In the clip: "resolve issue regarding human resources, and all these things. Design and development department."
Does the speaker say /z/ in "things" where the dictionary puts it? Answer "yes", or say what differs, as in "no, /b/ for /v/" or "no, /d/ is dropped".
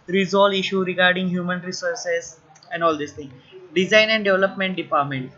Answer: no, /z/ is dropped